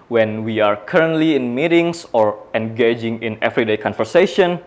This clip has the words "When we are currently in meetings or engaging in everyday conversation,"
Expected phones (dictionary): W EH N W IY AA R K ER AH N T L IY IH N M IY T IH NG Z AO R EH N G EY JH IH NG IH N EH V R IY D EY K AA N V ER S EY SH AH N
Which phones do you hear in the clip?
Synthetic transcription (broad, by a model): W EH N W IY AA R K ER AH N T L IY IH N M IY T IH NG S AO R EH N G EY JH IH NG IH N EH V R IY D EY K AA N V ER S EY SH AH N